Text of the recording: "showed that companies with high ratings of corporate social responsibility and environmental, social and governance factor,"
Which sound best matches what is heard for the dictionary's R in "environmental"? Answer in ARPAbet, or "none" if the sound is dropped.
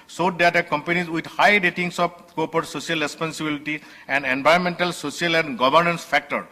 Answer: none